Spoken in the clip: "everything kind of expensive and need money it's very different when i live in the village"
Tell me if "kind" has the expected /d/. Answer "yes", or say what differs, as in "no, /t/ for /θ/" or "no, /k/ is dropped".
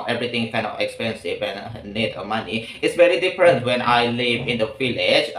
no, /d/ is dropped